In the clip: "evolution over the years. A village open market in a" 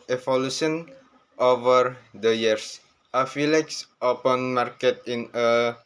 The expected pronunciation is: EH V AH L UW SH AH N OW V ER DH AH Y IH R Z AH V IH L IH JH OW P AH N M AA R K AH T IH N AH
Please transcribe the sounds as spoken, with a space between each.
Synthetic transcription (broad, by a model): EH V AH L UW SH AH N OW V ER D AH Y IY R S AH F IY L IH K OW P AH N M AA R K AH T IH N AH